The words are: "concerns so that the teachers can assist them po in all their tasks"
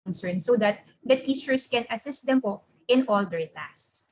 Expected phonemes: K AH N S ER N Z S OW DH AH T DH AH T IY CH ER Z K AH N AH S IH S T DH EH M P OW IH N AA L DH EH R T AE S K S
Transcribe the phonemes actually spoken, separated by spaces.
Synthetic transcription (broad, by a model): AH N S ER N S OW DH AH T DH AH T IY S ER S K AH N AH S IH S T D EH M P OW IH N AA L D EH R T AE S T S